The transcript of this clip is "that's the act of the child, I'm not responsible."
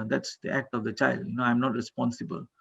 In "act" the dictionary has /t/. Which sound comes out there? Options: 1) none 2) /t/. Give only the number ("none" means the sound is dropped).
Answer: 2